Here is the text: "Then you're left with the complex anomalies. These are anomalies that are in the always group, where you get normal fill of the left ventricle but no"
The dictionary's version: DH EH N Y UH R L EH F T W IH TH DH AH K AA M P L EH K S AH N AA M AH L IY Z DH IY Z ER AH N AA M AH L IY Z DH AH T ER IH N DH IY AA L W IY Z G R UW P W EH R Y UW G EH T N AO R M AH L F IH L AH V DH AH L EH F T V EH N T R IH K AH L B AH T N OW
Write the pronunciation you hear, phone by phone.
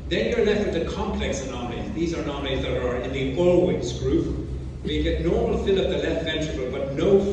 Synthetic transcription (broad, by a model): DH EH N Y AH R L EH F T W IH DH AH K AA M P L EH K S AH N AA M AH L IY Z DH IY Z ER N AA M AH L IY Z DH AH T ER IH N DH IY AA L W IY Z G R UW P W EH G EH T N AO R M AH L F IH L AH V DH AH L EH F T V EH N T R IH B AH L B AH T N OW